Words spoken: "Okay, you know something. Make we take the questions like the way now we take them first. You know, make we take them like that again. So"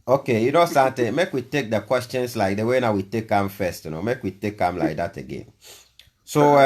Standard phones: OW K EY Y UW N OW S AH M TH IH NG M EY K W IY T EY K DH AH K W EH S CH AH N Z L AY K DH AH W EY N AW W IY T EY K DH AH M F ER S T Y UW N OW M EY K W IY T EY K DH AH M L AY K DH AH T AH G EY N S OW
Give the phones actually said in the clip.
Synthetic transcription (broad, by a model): OW K EY Y UW N OW S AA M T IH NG M EY K W IY T EY K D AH K W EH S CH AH N S L AY K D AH W EY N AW W IY T EY K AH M F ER S T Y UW N OW M EY K W IY T EY K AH M L AY K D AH T AH G EY N S OW